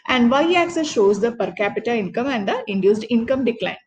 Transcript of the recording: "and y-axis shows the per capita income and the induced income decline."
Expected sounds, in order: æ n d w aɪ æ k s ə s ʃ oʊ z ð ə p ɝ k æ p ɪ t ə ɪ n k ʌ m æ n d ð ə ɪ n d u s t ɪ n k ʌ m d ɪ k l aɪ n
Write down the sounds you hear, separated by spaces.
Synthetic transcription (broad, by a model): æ n d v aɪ æ k s ə s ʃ oʊ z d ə p ɝ k æ p ɪ t ə ɪ n k ʌ m æ n d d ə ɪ n d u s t ɪ n k ʌ m d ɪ k l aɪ n